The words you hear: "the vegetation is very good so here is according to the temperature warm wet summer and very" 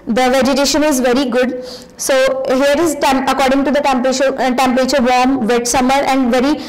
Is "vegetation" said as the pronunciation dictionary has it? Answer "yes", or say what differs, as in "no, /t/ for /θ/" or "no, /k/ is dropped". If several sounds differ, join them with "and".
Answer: yes